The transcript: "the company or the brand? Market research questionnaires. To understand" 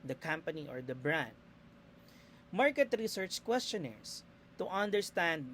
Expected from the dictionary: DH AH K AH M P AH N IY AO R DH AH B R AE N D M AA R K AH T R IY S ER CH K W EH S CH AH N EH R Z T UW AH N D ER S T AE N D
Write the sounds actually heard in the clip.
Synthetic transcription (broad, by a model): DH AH K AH M P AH N IY AO R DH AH B R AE N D M AA R K AH T R IY S ER CH K W EH S CH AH N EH R S T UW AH N D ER S T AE N D